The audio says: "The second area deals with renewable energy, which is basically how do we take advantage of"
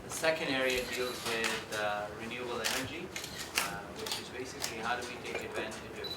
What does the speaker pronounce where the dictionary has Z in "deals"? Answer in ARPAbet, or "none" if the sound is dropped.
Z